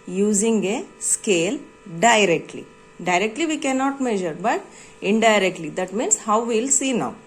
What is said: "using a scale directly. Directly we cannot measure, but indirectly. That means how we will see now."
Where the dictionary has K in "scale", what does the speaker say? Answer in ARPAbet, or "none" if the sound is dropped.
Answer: K